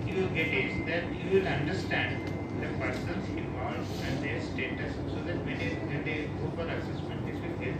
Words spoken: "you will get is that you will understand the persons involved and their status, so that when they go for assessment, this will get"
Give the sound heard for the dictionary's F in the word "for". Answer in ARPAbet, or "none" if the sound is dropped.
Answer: P